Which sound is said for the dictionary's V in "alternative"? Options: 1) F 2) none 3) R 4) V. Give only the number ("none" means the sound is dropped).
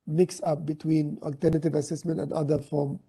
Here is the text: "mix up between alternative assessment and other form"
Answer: 4